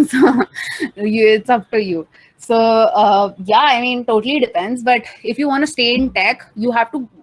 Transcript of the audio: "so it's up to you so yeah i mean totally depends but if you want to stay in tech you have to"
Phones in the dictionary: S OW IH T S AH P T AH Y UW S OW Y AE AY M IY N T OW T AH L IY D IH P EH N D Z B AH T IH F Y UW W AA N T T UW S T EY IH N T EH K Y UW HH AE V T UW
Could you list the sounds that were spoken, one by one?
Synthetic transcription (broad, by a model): S OW IH T S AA F T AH Y UW S OW Y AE AY M IY N T OW T AH L IY D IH P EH N D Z B AH T IH F Y UW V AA N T T UW S T EY IH N T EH K Y UW HH AE V T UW